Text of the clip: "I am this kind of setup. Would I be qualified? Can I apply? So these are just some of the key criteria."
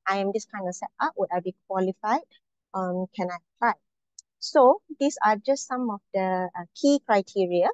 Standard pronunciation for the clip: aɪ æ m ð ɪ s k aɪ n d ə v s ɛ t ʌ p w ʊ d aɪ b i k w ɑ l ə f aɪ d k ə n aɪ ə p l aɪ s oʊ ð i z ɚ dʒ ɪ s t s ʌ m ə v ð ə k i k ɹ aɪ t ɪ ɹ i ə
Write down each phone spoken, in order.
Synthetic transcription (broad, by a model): aɪ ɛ m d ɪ s k aɪ n d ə s ɛ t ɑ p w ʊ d aɪ b i k w ɑ l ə f aɪ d k ə n aɪ ə p l aɪ s oʊ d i s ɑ dʒ ɪ s t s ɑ m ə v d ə k i k ɹ aɪ t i ɹ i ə